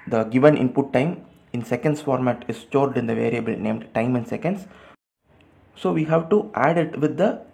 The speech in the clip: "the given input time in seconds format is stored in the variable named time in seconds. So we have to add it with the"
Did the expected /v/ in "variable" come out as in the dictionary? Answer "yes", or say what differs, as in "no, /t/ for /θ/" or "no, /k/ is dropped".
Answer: yes